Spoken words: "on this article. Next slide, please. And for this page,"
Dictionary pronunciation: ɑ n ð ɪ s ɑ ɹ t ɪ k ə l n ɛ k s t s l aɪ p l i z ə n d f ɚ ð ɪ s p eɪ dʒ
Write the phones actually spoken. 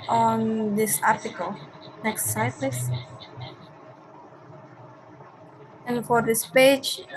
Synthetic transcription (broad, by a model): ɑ n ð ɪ s ɑ ɹ t ɪ k ə l n ɛ k s t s aɪ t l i s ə n f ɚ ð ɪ s p eɪ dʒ